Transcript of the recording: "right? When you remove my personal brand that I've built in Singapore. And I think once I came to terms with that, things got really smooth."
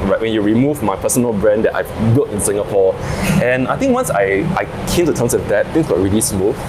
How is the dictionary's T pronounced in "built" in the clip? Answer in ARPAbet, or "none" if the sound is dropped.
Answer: T